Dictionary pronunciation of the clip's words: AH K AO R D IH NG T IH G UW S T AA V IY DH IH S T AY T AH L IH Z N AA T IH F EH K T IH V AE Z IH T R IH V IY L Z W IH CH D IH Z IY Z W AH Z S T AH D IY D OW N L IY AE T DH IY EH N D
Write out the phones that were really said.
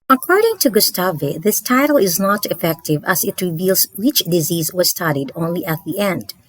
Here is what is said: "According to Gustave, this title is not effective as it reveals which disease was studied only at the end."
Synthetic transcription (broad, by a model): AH K AO R D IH NG T IH G UW S T AA V IY DH IH S T AY T L IH Z N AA T IH F EH K T IH V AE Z IH T R IH V IY L Z W IH CH D IH Z IY Z W AH Z S T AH D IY D OW N L IY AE T DH IY EH N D